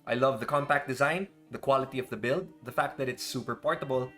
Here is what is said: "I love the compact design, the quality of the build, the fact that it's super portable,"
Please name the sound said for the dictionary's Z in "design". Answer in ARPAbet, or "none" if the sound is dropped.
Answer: Z